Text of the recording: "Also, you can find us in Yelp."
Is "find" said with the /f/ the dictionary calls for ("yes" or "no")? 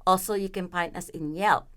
no